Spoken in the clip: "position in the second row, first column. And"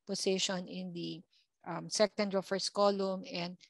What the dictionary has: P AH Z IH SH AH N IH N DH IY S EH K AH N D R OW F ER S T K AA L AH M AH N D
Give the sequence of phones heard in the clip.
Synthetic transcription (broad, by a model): P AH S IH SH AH N IH N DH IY S EH K AH N D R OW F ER S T K AA L AH M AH N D